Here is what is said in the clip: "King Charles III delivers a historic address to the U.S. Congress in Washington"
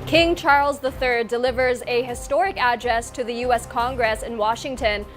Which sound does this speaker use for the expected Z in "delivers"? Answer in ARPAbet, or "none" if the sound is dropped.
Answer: Z